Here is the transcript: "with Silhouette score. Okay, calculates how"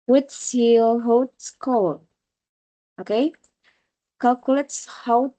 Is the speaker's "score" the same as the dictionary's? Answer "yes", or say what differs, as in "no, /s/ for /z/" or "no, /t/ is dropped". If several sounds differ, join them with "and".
no, /l/ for /ɹ/